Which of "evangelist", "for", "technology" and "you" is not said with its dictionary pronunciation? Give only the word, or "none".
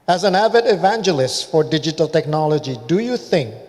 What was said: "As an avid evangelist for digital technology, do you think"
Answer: none